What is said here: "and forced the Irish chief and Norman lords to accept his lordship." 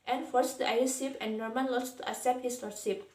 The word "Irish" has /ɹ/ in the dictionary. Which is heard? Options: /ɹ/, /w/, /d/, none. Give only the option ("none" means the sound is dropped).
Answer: none